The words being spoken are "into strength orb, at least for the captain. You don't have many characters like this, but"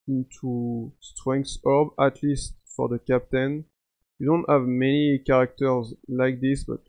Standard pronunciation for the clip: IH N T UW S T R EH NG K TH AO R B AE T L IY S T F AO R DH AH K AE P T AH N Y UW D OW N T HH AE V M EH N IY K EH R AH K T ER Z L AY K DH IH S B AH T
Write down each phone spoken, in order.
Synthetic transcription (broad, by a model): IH N T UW S T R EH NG K T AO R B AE T L IY S T F AO R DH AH K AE P T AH N Y UW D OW N T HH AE V M EH N IY K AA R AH K T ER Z L AY K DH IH S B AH T